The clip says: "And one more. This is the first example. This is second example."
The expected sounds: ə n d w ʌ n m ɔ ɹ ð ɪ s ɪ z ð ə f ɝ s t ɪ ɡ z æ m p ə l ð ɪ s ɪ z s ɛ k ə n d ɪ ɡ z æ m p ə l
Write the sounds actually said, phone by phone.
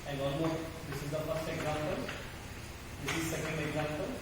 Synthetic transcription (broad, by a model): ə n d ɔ l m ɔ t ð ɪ s ɪ z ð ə f ɝ s t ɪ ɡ z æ m p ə l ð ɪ s ɪ z s ɛ k ə n d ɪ ɡ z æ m p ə l